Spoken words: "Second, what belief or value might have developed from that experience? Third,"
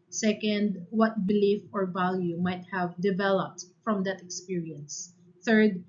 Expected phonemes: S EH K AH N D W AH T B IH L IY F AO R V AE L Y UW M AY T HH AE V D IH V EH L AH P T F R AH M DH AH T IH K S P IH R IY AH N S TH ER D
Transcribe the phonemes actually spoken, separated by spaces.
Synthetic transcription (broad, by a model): S EH K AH N D W AH T B IH L IY F AO R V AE L Y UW M AY T HH AE V D IH V EH L AH P T F R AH M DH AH T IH K S P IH R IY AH N S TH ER D